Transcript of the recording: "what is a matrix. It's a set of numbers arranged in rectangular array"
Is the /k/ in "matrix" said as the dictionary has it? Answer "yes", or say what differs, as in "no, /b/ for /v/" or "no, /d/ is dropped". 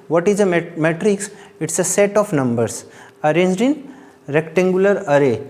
yes